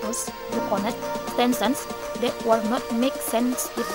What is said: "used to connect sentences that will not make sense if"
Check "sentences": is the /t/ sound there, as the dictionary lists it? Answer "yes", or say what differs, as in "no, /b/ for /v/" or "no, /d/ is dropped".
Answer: no, /s/ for /t/